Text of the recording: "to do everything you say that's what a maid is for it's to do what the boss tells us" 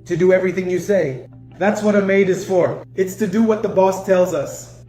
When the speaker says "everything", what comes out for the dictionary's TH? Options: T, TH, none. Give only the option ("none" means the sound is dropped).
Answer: TH